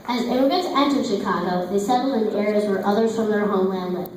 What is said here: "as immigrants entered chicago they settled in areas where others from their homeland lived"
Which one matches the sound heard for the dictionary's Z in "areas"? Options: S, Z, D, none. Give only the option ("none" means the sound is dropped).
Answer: Z